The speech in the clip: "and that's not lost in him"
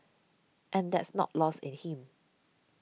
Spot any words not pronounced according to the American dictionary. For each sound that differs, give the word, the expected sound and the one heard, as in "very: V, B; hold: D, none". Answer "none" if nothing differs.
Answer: lost: T, none